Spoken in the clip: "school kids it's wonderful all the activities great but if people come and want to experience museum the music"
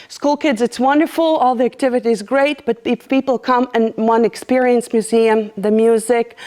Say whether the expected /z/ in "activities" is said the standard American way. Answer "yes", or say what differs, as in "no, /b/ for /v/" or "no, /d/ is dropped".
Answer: yes